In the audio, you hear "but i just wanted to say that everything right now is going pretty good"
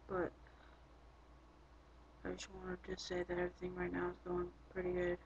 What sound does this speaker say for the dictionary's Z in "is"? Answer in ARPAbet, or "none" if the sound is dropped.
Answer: Z